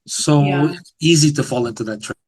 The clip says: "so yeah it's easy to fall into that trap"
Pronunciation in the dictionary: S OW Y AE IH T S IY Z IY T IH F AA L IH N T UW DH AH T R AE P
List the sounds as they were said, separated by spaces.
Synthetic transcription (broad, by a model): S OW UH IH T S IY Z IY T IH F AA L IH N T UW DH AH T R